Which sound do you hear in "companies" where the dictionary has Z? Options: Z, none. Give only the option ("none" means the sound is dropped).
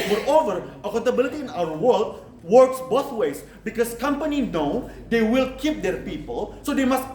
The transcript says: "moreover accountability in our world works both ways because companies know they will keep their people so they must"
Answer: none